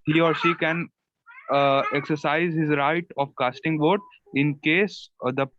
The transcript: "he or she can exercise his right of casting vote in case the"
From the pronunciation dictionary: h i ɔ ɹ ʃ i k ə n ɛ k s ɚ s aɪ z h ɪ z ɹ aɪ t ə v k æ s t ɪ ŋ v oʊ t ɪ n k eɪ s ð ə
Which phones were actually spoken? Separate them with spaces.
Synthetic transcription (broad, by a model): h i ɔ ɹ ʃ i k ə n ɛ k s ɚ s aɪ z h ɪ z ɹ aɪ t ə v k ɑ s t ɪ ŋ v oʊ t ɪ n k eɪ s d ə